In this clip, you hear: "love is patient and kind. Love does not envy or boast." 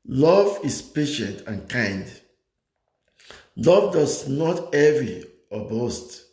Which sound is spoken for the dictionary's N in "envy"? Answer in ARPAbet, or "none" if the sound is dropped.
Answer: none